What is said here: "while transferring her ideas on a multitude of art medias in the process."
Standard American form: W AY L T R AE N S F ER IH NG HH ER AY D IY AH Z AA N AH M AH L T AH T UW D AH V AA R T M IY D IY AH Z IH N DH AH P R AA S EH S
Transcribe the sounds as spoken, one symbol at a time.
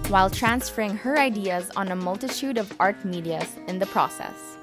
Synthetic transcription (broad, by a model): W AY L T R AE N S F ER IH NG HH ER AY D IY AH Z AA N AH M AH L T AH T UW D AH V AA R T M IY D IY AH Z IH N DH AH P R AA S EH S